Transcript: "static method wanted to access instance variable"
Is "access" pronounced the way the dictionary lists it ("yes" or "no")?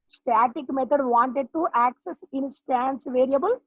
yes